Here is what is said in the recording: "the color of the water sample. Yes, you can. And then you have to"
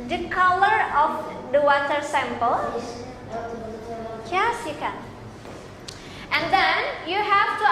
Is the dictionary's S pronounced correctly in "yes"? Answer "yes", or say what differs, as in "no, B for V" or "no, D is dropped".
yes